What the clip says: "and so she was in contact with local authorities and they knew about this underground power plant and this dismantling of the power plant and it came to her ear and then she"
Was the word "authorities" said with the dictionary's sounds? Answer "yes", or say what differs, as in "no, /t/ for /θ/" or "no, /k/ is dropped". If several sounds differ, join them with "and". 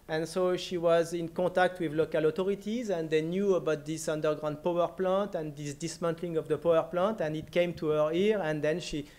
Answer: no, /t/ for /θ/